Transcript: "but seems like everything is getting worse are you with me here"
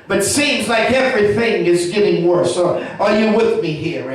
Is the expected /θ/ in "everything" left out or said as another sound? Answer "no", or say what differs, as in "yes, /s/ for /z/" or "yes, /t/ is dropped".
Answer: no